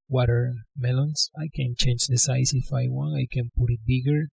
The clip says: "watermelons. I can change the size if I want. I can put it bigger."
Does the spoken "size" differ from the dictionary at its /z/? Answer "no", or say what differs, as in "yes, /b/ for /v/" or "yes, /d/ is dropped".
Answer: yes, /s/ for /z/